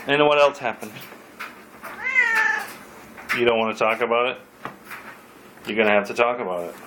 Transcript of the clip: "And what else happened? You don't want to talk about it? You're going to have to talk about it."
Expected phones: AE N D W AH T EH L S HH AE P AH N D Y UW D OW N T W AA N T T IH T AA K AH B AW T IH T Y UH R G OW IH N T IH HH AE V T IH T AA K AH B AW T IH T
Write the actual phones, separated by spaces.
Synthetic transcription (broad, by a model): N W AH T EH L S HH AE P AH N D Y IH D OW N T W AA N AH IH T AA K AH B AW T IH T Y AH R G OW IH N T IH HH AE F T IH T AA K AH B AW T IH T